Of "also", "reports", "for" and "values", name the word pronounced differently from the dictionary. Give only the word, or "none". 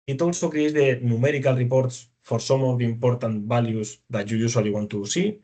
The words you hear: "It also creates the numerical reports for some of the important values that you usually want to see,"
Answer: values